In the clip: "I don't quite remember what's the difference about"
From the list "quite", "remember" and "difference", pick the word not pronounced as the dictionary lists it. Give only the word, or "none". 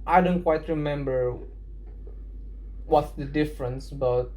none